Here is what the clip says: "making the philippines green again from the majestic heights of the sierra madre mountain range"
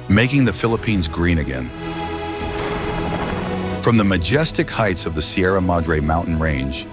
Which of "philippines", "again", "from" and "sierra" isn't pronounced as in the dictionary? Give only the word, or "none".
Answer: none